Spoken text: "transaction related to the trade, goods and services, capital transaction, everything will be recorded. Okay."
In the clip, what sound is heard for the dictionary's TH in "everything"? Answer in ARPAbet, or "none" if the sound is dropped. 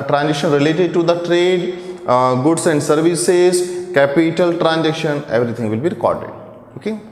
T